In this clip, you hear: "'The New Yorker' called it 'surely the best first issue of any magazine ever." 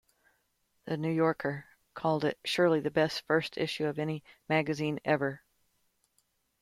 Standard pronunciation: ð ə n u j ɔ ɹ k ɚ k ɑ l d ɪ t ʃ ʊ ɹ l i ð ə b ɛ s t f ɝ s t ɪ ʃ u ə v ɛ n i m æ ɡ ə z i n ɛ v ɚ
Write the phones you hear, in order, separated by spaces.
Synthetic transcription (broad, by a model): ð ə n u j ɔ ɹ k ɚ k ɑ l d ɪ t ʃ ʊ ɹ l i ð ə b ɛ s t f ɝ s t ɪ ʃ u ə v ɛ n i m æ ɡ ə z i n ɛ v ɚ